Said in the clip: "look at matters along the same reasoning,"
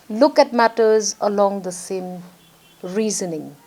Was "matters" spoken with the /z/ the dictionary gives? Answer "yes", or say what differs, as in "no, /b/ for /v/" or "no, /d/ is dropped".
yes